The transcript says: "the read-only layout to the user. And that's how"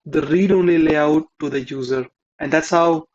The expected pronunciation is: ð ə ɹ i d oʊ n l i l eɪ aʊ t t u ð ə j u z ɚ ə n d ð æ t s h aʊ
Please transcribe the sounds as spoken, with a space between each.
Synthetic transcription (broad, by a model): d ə ɹ i d oʊ n l i l eɪ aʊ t t u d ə j u z ɚ ə n d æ t s h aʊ